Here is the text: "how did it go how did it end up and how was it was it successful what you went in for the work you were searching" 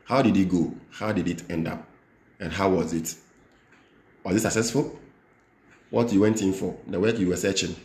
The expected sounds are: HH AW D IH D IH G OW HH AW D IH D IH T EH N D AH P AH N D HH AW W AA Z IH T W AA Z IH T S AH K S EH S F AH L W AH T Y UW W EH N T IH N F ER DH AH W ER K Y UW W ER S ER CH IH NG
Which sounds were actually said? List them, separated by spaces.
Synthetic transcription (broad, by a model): HH AW D IH D IH G OW HH AW D IH D IH T EH N D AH P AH N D HH AW W AA Z IH T W AA Z IH T S AH K S EH S F AH L W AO T Y UW W EH N T IH N F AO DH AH W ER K Y UW W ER S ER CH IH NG